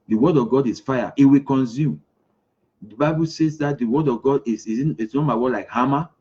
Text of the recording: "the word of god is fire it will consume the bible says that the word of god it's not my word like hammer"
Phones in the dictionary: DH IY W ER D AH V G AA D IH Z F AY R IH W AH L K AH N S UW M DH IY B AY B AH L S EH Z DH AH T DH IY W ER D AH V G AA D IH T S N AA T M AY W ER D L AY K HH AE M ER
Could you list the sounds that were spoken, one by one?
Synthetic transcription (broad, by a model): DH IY W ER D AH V G AA D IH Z F AY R IH W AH K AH N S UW M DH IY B AY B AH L S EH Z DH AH T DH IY W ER D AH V G AA D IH S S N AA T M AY W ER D L AY K HH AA M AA